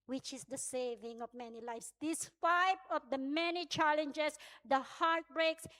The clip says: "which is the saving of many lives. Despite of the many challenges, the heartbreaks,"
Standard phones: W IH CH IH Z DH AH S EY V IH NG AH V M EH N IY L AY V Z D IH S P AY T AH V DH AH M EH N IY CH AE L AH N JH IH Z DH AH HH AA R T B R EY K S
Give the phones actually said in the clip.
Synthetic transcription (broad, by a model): W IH CH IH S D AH S EY V IH NG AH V M EH N IY L AY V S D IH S F AY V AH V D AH M EH N IY CH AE L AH N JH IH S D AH HH AA R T B R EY K S